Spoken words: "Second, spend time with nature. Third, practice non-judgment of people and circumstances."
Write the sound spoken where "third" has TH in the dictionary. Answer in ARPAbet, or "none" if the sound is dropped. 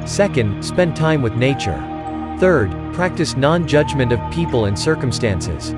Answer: TH